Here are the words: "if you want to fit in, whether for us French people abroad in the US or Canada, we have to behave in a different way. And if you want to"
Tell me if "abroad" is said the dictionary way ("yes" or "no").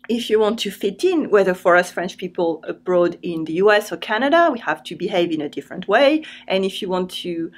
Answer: yes